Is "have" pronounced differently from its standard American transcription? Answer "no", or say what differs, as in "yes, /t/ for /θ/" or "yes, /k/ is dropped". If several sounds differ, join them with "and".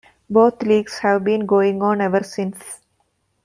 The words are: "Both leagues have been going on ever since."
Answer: no